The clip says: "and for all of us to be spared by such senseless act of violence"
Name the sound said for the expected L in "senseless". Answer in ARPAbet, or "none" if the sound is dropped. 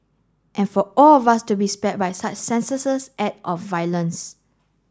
none